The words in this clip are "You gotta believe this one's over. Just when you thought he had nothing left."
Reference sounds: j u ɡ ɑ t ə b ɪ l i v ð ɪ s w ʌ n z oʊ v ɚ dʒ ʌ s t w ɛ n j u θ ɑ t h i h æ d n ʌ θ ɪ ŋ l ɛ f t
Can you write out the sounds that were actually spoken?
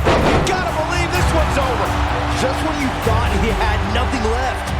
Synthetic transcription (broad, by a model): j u ɡ ɑ t ə b ɪ l i v ð ɪ s w ʌ n z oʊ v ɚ dʒ ʌ s t w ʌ n j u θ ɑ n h i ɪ d n ʌ θ ɪ ŋ l ɛ f t